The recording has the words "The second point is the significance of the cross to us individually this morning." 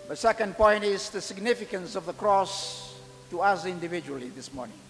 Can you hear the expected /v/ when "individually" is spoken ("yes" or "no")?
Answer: yes